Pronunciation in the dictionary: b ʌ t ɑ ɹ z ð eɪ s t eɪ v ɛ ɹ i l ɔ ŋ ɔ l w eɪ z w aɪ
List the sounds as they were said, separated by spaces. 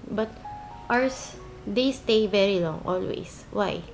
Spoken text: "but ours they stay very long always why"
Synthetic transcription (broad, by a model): b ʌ t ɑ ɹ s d eɪ s t eɪ v ɛ ɹ i l ɔ ŋ ɔ l w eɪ s w aɪ